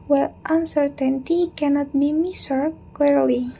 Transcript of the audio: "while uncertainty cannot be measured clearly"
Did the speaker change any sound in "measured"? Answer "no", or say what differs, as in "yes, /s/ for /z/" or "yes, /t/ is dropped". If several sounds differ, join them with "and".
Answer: yes, /s/ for /ʒ/